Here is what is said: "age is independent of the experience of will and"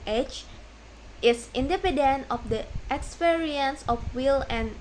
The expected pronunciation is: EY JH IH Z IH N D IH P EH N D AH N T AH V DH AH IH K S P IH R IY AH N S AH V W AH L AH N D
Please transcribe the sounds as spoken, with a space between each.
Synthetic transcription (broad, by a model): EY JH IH S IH N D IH P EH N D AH N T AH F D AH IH K S P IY R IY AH N S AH F W AH L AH N